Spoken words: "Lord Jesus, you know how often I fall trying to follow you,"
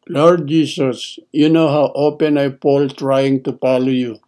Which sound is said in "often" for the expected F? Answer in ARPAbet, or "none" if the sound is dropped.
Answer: P